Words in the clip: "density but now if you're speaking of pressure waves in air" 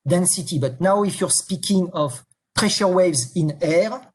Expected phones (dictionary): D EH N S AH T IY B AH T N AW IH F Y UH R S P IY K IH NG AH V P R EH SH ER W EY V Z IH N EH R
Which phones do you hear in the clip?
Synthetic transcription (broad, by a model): D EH N S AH T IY B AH T N AW IH F Y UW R S P IY K IH NG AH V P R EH SH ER W EY V Z IH N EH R